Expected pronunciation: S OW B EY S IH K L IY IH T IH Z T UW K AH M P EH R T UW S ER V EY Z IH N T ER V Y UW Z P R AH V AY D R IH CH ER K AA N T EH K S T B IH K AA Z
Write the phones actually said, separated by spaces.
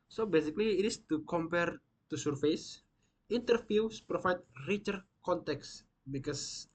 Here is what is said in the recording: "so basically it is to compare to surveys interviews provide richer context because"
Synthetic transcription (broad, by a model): S OW B EY S IH K L IY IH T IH S T UW K AH M P EH R T UW S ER F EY S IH N T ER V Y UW S P R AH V AY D R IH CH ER K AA N T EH K S B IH K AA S